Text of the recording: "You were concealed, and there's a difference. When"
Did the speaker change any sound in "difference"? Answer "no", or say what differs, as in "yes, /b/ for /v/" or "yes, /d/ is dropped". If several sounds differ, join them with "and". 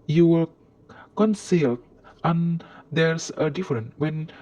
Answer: yes, /s/ is dropped